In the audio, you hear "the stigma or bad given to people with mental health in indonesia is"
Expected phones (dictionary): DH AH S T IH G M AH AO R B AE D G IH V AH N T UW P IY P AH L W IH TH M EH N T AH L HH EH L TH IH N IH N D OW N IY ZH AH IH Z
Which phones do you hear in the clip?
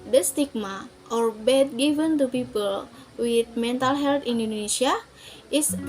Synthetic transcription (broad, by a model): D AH S T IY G M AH AO R B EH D G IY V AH N T UW P IY P AH L W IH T M EH N T AH L HH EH L T IH N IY N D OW N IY S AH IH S